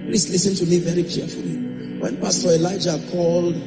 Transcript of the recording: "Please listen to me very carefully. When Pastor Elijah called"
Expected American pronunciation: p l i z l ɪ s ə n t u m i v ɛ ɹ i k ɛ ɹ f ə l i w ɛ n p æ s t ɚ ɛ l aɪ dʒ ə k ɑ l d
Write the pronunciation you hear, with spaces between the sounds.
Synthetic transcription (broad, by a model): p l i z l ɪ s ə n t u m i v ɛ ɹ i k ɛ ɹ f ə l i w ɛ n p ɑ s t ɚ ɛ l aɪ dʒ ə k ɑ l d